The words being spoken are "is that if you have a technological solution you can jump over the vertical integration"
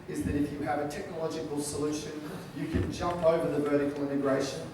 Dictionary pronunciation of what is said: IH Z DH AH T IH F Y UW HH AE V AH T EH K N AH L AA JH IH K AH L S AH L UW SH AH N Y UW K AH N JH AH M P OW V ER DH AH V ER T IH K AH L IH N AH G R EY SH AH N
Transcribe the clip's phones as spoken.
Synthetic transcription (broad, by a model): IH Z DH AH T IH F Y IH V AH T EH K N AH L AA JH IH K AH L S AH L UW SH AH N Y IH K AH N JH AH M P OW V ER DH AH V ER T IH K AH L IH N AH G R EY SH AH N